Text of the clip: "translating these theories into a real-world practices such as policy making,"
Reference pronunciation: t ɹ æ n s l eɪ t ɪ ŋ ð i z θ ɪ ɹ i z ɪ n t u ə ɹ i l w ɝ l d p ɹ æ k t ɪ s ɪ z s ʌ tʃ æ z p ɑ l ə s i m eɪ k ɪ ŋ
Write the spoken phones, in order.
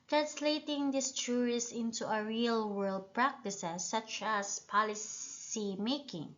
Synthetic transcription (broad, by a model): t ɹ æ n s l eɪ t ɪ ŋ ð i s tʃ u ɹ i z ɪ n t u ə ɹ i l w ɝ l d p ɹ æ k t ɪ s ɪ s ʌ tʃ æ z p ɑ l ə s i m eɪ k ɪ ŋ